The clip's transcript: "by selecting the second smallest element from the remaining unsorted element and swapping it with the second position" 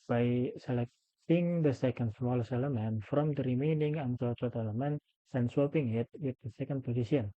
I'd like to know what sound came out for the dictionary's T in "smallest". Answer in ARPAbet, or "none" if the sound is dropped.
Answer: none